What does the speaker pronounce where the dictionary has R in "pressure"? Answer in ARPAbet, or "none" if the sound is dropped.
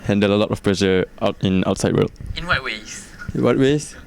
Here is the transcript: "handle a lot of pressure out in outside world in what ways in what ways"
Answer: L